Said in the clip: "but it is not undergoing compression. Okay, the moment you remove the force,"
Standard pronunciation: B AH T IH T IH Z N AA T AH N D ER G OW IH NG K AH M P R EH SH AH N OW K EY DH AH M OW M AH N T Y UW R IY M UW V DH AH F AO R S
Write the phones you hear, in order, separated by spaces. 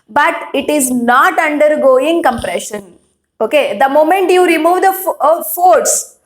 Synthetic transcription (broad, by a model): B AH T IH T IH Z N AA T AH N D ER G OW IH NG K AH M P R EH SH AH N OW K EY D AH M OW M AH N T Y UW R IY M UW V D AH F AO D S